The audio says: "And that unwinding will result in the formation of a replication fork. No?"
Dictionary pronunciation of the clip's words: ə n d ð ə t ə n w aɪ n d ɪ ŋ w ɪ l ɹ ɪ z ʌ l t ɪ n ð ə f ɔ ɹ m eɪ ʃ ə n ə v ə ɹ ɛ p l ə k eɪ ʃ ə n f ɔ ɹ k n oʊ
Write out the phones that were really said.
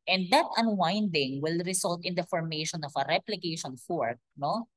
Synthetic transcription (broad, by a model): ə n d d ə t ə n w aɪ n d ɪ ŋ w ɪ l ɹ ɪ s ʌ l t ɪ n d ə f ɔ ɹ m eɪ ʃ ə n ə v ə ɹ ɛ p l ə k eɪ ʃ ə n f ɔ ɹ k n oʊ